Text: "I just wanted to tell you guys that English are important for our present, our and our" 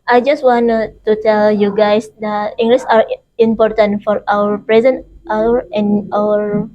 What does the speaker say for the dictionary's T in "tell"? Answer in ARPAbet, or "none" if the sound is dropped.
T